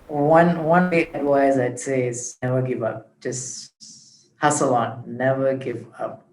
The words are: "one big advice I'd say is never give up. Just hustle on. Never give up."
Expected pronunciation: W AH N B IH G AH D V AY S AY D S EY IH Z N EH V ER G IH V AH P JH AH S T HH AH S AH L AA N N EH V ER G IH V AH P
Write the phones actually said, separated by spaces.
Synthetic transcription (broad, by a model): W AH N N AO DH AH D W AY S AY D S EY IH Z N EH V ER G IH V AH P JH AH S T HH AH S AH L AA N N EH V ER G IH V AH P